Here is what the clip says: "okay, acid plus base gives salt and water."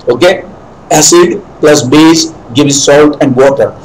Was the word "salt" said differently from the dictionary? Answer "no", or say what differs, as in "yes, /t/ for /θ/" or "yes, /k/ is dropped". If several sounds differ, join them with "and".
no